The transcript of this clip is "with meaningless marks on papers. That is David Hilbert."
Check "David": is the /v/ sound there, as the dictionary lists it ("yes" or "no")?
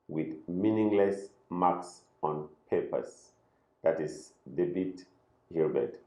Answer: no